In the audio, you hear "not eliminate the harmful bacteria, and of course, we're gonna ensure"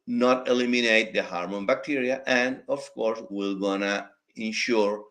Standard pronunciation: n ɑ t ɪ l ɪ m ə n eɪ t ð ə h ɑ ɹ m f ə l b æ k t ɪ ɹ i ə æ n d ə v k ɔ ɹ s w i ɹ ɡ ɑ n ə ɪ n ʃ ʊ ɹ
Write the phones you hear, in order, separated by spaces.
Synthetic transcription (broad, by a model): n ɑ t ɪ l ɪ m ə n eɪ t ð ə h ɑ ɹ m ə n b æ k t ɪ ɹ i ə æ n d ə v k ɔ ɹ s w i l ɡ ɑ n ə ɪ n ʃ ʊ ɹ